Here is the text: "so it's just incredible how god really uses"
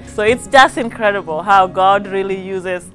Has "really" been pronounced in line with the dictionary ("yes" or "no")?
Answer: yes